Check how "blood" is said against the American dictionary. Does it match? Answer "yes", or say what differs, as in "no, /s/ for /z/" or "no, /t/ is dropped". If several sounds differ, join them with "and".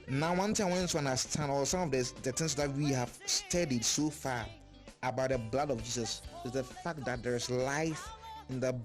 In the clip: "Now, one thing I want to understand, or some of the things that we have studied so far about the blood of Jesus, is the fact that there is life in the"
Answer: yes